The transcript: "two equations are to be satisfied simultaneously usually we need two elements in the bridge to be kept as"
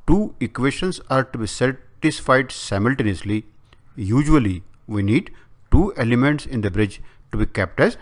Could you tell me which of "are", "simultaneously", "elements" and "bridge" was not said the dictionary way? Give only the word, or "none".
none